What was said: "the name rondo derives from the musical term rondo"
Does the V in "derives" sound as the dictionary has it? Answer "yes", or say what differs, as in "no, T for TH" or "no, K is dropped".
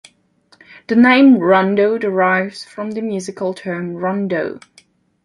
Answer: yes